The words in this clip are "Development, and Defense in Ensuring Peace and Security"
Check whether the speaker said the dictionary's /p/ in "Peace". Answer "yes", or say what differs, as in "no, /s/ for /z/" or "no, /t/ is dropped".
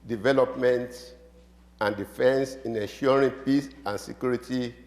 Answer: yes